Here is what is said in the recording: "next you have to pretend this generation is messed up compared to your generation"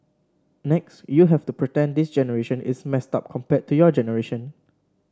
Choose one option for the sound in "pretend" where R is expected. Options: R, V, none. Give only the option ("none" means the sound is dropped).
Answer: R